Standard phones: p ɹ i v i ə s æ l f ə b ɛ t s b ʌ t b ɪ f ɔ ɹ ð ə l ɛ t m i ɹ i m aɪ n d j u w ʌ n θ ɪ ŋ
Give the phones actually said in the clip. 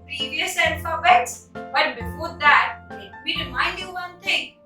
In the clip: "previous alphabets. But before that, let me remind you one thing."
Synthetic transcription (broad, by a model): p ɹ i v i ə s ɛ n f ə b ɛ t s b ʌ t b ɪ f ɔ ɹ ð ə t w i ɹ i m aɪ n d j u w ʌ n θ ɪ ŋ